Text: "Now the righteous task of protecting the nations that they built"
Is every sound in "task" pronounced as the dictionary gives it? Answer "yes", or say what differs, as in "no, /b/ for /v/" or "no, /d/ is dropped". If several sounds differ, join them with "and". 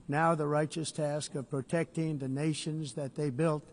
yes